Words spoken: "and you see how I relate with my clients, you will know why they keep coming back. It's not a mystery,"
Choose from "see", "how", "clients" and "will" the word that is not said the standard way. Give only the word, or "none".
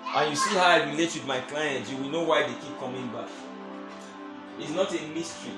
clients